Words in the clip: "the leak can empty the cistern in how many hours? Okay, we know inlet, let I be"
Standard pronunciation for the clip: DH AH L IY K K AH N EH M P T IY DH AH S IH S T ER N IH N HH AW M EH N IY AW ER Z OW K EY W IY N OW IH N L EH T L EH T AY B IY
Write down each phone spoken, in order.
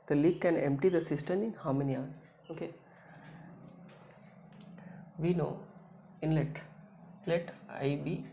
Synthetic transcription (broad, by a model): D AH L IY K K AH N EH M P T IY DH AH S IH S T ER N IH N HH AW M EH N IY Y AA OW K EY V IY N OW IH N L EH T L EH T AY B IY